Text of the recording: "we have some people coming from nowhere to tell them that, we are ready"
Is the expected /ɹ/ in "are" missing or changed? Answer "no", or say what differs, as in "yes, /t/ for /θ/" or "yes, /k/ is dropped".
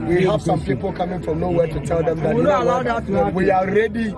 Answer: yes, /l/ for /ɹ/